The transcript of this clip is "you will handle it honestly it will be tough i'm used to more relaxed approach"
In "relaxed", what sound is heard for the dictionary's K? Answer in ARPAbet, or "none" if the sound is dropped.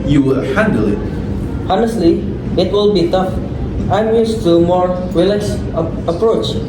none